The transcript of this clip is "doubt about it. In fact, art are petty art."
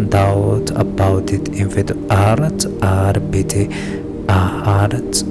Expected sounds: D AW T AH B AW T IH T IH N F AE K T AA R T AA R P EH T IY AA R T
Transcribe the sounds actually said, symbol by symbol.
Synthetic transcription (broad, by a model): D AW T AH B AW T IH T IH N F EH T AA R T AA R B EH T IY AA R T